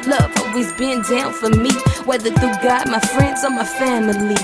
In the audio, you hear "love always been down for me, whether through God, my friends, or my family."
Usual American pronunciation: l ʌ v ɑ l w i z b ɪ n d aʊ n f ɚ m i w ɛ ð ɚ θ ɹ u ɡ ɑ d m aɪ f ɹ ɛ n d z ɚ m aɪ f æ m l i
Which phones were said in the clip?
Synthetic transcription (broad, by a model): l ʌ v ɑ w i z b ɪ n d aʊ n f ɚ m i w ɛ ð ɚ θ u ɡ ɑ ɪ m aɪ f ɹ ɛ n d z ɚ m aɪ f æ m l i